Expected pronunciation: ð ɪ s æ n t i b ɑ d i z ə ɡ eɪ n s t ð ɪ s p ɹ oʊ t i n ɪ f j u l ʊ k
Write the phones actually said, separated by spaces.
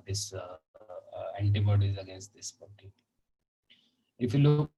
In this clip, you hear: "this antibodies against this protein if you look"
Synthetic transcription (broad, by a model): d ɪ s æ n t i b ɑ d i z ə ɡ eɪ n s t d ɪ s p oʊ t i ɪ f j u l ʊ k